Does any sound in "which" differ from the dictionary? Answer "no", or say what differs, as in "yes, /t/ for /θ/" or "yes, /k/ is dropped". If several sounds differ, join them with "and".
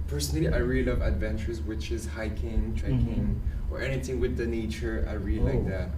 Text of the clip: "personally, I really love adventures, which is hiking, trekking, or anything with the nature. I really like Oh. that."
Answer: no